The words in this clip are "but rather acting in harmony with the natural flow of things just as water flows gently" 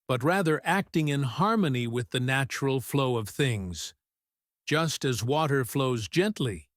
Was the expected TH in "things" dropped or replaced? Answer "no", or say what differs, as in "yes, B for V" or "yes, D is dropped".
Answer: no